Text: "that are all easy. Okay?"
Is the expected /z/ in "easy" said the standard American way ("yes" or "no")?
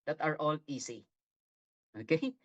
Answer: no